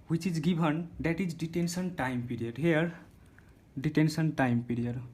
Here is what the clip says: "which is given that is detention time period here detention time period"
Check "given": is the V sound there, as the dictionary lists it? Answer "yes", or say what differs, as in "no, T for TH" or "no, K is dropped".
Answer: no, B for V